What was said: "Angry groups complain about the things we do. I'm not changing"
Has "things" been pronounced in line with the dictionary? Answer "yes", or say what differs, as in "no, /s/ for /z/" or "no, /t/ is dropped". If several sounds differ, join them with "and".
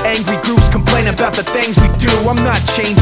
yes